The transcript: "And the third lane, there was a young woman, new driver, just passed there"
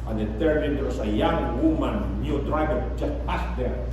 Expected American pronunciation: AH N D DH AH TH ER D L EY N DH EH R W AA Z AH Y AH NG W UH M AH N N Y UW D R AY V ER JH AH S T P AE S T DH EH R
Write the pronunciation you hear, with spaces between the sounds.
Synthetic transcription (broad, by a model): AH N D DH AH T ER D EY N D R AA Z AH Y AH NG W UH M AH N N Y UW D R AY V ER JH AH S T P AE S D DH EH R